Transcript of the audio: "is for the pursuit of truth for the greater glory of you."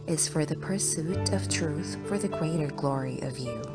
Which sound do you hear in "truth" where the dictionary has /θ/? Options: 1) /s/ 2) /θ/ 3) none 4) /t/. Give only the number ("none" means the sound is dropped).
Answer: 2